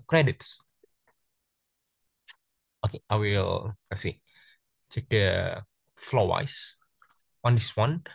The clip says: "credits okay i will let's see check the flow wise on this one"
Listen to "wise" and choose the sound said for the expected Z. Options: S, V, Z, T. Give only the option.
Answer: S